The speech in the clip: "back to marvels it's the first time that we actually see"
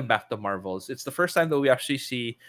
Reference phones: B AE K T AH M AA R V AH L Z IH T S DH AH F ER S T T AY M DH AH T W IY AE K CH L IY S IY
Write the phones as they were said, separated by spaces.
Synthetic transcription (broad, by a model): B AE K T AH M AA R V L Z IH T S DH AH F ER S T T AY M DH AH T W IY AE K CH L IY S IY